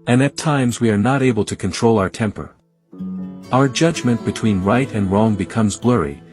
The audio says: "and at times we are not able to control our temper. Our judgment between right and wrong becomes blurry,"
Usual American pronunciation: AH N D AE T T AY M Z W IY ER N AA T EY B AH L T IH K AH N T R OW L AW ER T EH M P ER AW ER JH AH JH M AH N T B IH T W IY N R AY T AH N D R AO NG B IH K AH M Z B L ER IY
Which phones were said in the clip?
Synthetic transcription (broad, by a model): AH N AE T T AY M Z W IY ER N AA T EY B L T IH K AH N T R OW L AW ER T EH M P ER AW ER JH AH JH M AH N B IH T W IY N R AY T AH N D R AO NG B IH K AH M Z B L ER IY